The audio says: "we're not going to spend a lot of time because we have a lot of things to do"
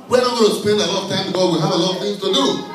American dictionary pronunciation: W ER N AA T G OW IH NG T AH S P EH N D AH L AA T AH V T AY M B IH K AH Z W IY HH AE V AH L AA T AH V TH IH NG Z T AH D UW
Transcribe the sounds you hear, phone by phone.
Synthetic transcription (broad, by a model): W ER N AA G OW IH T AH S P EH N D AH L AA T AH V T AY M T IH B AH W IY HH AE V AH L AA T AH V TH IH NG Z T AH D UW